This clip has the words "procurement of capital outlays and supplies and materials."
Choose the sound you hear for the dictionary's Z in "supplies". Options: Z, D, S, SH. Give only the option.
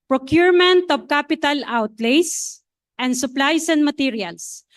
S